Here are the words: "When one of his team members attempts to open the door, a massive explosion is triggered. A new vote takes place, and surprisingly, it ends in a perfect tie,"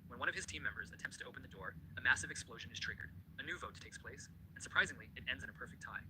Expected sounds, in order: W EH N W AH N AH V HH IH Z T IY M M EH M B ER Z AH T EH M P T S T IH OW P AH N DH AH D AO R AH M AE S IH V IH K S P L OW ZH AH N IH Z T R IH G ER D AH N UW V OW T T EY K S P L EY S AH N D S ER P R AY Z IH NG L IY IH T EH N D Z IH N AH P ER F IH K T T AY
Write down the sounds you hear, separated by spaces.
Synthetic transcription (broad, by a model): W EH N W AH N AH V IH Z T IY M M EH M B ER Z AH T EH M P T S T IH OW P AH N DH AH D AO R AH M AE S IH V IH K S P L OW ZH AH N IH Z T R IH G ER D AH N UW V OW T T EY K S P L EY S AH N S ER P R AY Z IH NG L IY IH T EH N D Z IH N AH P ER F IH K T T AY